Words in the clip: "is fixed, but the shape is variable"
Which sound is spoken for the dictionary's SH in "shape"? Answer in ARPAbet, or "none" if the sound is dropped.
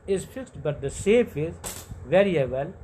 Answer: S